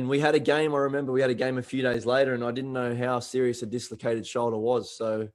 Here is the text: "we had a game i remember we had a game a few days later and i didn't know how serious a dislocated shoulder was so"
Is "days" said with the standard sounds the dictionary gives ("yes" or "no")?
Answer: yes